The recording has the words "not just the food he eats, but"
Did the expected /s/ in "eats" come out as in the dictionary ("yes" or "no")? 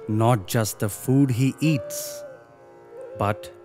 yes